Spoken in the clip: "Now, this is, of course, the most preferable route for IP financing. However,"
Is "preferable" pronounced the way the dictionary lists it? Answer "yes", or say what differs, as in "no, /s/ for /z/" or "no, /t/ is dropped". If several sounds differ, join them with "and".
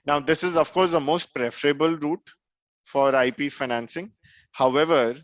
yes